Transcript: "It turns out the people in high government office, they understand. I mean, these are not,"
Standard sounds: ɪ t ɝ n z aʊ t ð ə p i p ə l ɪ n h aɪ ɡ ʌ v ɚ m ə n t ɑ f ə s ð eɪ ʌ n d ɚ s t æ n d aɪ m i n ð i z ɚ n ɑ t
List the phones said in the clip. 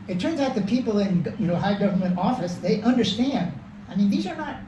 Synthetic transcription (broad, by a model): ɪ t ɝ n z aʊ t ð ə p i p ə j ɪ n h aɪ ɡ ʌ v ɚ m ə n t ɑ f ə s ð eɪ ʌ n d ɚ s t æ n d aɪ m i n ð i z ɚ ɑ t